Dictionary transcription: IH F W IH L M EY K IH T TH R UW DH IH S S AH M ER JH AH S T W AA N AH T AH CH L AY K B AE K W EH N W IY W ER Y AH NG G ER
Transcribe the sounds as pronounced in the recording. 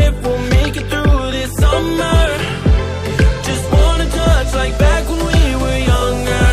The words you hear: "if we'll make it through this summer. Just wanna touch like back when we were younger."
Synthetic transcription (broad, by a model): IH W IH L M EY K IH T TH R UW DH IH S S AH M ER JH AH S T W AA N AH T AH CH L AY K B AE K W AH N W IY W ER Y AH NG G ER